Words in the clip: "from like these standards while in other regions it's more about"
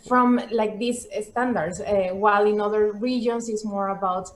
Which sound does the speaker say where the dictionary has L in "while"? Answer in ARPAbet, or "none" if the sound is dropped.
L